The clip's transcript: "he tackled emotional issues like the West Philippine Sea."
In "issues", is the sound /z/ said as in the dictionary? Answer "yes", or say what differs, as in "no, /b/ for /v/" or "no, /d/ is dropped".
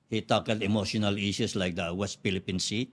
no, /s/ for /z/